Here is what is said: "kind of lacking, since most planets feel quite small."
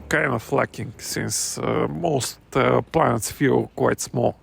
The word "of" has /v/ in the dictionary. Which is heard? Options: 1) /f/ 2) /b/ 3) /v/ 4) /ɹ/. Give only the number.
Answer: 1